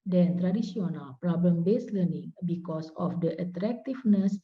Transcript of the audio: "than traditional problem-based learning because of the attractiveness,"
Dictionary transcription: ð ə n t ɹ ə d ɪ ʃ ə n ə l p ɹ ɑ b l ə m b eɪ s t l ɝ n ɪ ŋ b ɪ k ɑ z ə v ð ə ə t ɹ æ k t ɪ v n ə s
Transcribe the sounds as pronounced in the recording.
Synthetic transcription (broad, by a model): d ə n t ɹ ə d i s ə n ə l p ɹ ɑ b l ə m b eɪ s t l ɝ n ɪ ŋ b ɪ k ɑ s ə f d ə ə t ɹ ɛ k t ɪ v n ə s